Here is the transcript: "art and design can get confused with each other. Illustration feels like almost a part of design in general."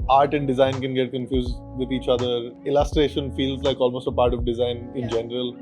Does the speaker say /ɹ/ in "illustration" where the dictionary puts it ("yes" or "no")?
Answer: yes